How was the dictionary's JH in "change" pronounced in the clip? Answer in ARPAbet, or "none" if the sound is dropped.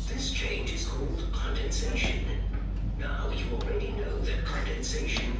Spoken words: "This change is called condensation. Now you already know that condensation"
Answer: JH